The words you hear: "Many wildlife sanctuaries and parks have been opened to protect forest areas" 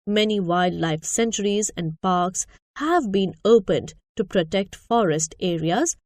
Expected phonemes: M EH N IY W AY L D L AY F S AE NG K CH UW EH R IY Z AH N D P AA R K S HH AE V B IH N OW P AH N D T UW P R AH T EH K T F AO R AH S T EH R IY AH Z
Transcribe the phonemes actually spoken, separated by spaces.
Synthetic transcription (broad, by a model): M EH N IY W AY D L AY F S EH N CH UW R IY Z AH N D P AA R K S HH AE V B IH N OW P AH N D T UW P R AH T EH K T F AO R AH S T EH R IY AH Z